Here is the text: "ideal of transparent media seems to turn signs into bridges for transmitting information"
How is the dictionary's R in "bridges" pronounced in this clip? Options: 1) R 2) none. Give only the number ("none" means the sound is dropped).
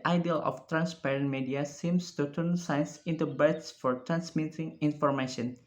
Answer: 2